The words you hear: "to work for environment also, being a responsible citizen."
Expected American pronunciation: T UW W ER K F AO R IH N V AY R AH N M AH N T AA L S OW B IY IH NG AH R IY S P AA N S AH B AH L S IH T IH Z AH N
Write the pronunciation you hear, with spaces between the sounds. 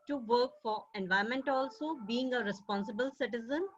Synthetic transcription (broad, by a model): T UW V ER K F AO R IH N V AY AH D M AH N T AA L S OW B IY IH NG AH R IY S P AA N S AH B AH L S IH T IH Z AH N